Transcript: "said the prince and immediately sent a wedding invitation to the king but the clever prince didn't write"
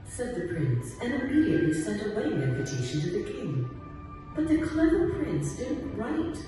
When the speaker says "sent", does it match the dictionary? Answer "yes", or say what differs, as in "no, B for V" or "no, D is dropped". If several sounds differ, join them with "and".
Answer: yes